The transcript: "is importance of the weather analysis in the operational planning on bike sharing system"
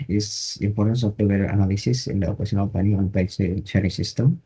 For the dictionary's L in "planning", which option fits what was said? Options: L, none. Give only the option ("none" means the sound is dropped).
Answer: none